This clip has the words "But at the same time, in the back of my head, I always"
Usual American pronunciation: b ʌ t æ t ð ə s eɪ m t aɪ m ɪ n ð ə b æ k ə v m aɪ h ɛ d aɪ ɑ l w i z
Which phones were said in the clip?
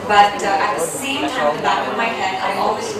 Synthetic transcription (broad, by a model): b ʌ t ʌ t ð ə s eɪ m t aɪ ɪ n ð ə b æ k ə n m aɪ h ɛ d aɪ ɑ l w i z